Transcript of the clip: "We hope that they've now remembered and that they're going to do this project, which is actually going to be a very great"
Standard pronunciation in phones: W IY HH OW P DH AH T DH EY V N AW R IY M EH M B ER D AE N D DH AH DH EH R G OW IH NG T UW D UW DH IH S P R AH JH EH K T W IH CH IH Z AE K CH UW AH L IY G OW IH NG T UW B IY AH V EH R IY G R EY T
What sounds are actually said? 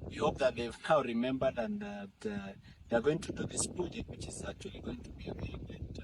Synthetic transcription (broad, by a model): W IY HH OW P DH AH T DH EY V N AW R IY M EH M B ER D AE N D DH AH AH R G OW IH NG T UW D UW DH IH S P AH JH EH T W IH CH IH Z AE K CH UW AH L IY G OW IH NG T UW B IY AH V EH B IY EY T